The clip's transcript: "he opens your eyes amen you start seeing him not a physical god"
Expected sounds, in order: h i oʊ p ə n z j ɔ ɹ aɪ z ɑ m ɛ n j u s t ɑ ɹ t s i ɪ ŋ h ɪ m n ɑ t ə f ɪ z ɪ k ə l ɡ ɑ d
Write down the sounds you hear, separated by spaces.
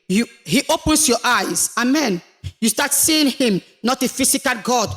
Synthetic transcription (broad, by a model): h i oʊ p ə n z j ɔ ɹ aɪ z ɑ m ɛ n j u s t ɑ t s i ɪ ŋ h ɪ m n ɑ t ə f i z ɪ k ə l ɡ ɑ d